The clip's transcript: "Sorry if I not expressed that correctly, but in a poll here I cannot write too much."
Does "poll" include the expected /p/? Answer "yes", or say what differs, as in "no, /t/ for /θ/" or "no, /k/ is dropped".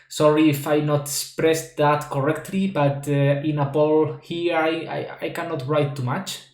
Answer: no, /b/ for /p/